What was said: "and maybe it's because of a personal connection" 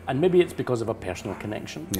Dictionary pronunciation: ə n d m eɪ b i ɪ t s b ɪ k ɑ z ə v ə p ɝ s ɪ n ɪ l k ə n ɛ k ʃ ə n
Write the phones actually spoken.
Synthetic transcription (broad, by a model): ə n m eɪ b i ɪ t s b ɪ k ɑ z ə v ə p ɝ s n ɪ l k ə n ɛ k ʃ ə n